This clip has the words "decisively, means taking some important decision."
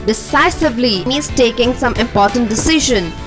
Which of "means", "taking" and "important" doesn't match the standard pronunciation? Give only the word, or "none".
means